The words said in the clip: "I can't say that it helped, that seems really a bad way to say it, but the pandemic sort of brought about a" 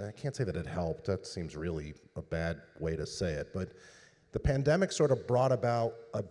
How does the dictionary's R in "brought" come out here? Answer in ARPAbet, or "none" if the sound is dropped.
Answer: R